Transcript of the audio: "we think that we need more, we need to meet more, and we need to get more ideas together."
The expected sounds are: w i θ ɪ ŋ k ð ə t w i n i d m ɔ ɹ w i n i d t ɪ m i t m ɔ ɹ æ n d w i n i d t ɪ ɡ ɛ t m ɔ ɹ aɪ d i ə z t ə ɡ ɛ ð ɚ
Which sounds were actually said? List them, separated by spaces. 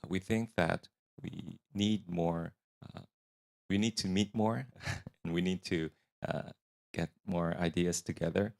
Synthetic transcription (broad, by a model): w i θ ɪ ŋ k ð ə t w i n i d m ɔ ɹ w i n i d t ɪ m i t m ɔ ɹ n w i n i d t ɪ ɡ ɛ t m ɔ ɹ aɪ d i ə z t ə ɡ ɛ ð ɚ